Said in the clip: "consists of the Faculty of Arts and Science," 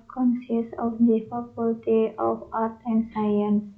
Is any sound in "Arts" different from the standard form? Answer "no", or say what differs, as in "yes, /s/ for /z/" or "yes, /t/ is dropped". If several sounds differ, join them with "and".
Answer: yes, /s/ is dropped